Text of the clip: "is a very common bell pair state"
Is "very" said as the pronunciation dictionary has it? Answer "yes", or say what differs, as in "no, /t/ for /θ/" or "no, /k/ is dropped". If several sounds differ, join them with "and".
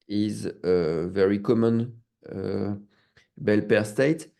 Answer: yes